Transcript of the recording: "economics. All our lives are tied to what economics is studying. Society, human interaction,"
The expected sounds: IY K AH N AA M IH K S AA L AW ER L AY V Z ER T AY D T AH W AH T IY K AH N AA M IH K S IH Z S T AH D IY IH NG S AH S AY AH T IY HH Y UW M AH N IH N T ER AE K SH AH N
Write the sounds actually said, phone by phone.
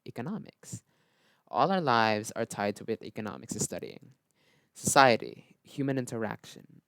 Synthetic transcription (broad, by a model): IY K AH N AA M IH K S AA L AW ER L AY V Z ER T AY D T AH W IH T IY K AH N AA M IH K S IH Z S T AH D IY IH NG S AH S AY AH T IY HH Y UW M AH N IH N T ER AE K SH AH N